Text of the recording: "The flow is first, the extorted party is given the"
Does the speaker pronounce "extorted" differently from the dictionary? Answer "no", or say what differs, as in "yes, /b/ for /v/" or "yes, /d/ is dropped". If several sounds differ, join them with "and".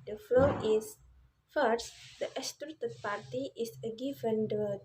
yes, /k/ is dropped